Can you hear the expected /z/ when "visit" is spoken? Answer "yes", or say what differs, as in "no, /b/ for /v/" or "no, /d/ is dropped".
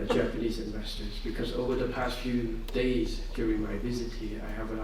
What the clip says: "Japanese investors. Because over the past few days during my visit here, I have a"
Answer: yes